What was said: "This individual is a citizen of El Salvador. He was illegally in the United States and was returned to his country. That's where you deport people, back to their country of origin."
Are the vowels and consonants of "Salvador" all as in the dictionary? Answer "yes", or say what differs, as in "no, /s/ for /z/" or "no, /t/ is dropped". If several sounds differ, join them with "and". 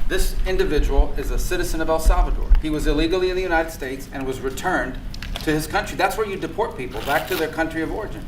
yes